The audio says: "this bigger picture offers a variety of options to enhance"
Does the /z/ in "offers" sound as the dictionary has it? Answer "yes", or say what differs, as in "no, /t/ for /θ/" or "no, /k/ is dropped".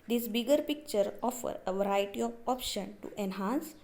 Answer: no, /z/ is dropped